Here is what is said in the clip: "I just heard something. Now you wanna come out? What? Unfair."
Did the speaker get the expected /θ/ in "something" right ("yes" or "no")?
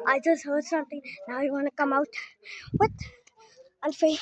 no